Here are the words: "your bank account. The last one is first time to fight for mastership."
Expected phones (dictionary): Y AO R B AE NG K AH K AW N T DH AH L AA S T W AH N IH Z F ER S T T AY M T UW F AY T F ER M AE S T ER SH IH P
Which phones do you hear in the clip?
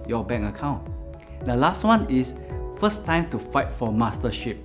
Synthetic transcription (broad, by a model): Y AO B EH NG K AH K AW N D AH L AA S T W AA N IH S F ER S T T AY M T UW F AY T F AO M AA S T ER SH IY P